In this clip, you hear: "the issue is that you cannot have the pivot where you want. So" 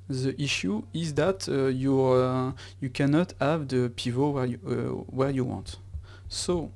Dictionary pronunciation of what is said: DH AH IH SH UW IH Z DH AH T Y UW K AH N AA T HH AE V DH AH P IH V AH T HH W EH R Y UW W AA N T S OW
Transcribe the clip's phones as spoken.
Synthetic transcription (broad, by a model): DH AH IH SH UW IH Z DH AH T Y UW K AH N AA T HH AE V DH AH P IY V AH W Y W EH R Y UW W AA N T S OW